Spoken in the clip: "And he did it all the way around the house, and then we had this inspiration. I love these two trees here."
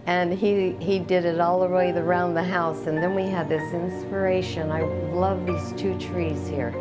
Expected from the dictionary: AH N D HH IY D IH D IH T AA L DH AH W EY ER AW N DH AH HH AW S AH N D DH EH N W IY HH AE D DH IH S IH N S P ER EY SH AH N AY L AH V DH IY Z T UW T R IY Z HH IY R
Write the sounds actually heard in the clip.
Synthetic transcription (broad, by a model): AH N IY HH IY D IH D IH T AA L DH AH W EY ER AW N DH AH HH AW S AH N DH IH N W IY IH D DH IH S IH N S P ER EY SH AH N AY L AH V DH IY Z T UW T R IY Z HH IY R